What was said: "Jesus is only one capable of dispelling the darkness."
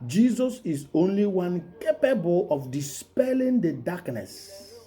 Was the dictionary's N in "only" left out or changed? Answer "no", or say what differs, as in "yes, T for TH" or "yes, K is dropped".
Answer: no